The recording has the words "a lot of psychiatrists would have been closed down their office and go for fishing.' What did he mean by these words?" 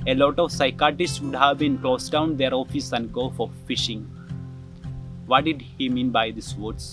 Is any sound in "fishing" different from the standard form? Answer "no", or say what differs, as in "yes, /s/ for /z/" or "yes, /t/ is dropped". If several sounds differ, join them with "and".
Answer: no